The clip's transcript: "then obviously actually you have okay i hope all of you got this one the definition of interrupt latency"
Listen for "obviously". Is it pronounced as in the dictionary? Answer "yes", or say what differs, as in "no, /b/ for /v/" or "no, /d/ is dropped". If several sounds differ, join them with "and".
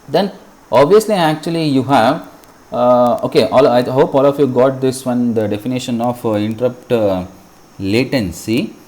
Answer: yes